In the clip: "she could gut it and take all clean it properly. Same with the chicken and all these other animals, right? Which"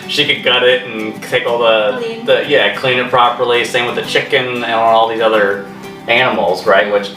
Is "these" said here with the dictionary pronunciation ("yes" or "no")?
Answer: yes